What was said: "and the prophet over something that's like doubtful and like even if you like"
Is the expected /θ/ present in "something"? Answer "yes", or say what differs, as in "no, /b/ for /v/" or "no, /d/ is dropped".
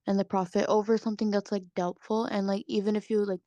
yes